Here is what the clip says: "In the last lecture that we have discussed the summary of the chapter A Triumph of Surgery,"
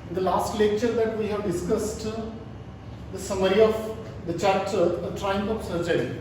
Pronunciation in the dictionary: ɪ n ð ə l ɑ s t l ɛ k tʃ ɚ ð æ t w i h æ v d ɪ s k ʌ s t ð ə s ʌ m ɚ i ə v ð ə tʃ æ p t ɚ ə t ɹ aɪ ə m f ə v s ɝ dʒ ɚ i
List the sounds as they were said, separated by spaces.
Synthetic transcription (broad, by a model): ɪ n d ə l ɑ s t l ɛ k tʃ ɚ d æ t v i h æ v d ɪ s k ʌ s t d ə s ʌ m ɚ i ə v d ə tʃ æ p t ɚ ə t ɹ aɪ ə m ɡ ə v s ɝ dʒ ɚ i